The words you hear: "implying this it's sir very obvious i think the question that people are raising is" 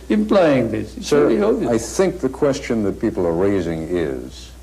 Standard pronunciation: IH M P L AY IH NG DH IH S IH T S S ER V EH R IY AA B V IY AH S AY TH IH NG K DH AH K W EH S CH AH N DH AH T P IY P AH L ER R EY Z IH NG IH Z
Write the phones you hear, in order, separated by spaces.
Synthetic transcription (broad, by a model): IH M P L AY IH NG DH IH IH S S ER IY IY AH AY TH IH NG K DH AH K W EH S CH AH N DH AH T P IY P L ER R EY Z IH NG IH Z